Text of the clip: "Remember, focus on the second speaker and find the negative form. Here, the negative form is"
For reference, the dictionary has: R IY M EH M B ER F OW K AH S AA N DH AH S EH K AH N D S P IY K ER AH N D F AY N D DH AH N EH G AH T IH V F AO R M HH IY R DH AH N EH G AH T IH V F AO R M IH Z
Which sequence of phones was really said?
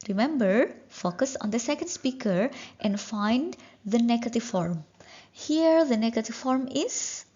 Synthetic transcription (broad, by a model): R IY M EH M B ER F OW K AH S AA N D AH S EH K AH N D S P IY K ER AH N D F AY N D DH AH N EH G AH T IH V F AO R M HH IY R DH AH N EH G AH T IH V F AO R M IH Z